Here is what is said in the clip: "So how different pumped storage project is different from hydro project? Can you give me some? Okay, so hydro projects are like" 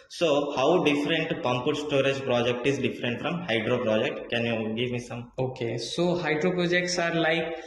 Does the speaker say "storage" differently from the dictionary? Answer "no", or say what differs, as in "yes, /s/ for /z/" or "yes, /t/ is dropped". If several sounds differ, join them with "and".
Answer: no